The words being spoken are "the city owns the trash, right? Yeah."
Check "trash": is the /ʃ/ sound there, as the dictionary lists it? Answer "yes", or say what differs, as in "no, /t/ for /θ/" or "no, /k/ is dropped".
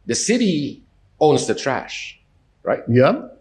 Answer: yes